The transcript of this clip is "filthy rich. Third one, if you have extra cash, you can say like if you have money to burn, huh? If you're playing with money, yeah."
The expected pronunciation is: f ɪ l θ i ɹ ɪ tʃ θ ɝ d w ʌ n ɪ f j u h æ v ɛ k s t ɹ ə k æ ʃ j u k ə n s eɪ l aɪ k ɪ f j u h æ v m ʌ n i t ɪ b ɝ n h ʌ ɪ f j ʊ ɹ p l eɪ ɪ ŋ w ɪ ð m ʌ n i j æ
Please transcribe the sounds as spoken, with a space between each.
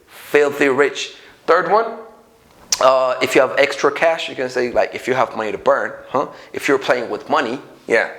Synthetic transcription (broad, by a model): f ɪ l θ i ɹ ɪ tʃ θ ɝ d w ʌ n ɪ f j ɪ v ɛ k s t ɹ ə k æ ʃ j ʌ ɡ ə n s eɪ l aɪ k ɪ f j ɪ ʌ v m ʌ n i t ɪ b ɝ n h ʌ ɪ f j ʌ ɹ p l eɪ ɪ ŋ w ɪ ð m ʌ n i j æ